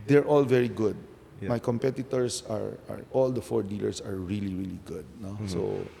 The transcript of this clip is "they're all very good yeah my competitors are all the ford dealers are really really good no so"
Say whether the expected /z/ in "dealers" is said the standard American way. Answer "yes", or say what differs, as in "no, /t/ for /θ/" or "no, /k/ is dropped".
no, /s/ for /z/